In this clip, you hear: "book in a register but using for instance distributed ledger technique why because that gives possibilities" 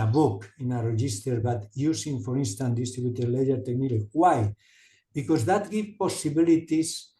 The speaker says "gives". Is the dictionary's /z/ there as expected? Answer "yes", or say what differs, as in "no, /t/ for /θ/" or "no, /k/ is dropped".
no, /z/ is dropped